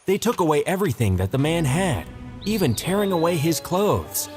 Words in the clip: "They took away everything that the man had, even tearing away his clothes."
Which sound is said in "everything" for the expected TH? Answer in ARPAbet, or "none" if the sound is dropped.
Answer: TH